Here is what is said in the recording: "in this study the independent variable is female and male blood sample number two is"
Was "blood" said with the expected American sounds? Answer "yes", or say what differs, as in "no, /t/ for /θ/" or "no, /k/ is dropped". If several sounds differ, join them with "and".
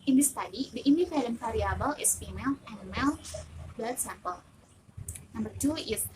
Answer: no, /l/ is dropped